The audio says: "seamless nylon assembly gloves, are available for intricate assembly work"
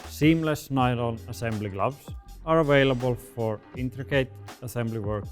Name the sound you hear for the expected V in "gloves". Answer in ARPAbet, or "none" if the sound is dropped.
B